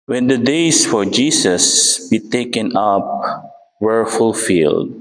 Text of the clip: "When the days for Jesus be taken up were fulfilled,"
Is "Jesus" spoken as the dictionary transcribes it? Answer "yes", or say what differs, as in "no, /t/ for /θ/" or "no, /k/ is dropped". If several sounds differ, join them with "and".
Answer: no, /s/ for /z/